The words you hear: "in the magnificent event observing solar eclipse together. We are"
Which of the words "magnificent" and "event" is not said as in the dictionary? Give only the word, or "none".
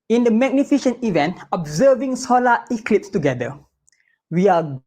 magnificent